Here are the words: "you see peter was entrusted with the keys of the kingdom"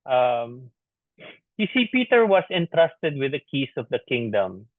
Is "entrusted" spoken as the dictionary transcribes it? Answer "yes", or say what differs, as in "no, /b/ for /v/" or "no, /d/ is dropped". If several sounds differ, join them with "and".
yes